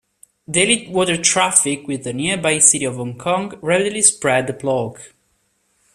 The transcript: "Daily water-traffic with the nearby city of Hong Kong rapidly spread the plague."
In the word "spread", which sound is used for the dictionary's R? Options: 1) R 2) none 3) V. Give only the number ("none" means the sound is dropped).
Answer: 1